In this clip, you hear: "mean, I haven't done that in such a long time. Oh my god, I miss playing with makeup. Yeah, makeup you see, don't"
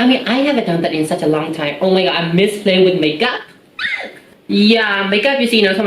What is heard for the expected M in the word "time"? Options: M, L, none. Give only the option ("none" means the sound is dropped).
M